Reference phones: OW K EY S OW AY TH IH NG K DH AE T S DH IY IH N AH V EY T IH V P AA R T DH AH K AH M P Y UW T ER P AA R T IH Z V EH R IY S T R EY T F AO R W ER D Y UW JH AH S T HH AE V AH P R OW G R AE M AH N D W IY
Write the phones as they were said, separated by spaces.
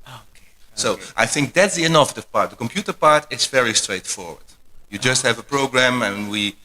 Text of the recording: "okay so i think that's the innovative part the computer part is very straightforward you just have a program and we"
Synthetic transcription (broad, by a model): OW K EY S OW AY TH IH NG K DH AE T S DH IY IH N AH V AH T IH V P AA R T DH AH K AH M P Y UW T ER P AA R T IH Z V EH R IY S T R EY T F AO R W ER D Y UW JH AH S T HH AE V AH P R OW G R AE M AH N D W IY